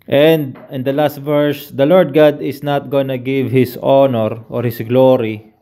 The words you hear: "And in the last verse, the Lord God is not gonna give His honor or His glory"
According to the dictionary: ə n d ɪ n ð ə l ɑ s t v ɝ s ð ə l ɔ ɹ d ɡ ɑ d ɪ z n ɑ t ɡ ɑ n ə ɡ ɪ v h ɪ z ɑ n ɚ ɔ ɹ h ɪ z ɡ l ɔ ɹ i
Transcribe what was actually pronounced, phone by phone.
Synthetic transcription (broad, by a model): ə n d ɪ n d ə l ɑ s t v ɝ s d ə l ɔ ɹ d ɡ ɑ d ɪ s n ɑ t ɡ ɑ n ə ɡ ɪ v h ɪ s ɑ n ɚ ɔ ɹ h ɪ s ɡ l ɔ ɹ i